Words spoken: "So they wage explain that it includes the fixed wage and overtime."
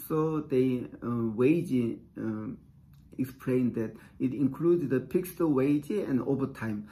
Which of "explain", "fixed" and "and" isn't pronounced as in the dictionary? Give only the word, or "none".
fixed